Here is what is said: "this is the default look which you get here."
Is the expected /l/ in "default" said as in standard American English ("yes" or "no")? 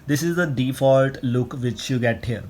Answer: yes